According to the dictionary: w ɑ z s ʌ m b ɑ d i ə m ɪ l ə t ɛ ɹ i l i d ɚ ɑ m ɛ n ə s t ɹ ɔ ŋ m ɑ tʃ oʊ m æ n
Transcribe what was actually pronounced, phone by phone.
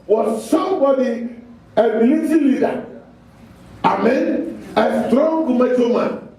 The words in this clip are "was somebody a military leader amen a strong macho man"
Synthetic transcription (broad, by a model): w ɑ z s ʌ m b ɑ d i ə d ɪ l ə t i l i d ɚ ɑ m ɛ n ə s t ɹ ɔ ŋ m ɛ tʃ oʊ m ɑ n